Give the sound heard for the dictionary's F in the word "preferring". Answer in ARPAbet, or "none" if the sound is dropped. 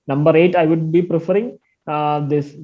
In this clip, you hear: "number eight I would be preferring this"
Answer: F